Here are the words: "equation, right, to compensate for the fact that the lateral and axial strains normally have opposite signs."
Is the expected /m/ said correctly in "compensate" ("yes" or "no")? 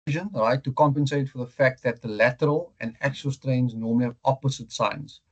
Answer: yes